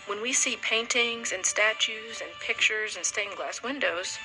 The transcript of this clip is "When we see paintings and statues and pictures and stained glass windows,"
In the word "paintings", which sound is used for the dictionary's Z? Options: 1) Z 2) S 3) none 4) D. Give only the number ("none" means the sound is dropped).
1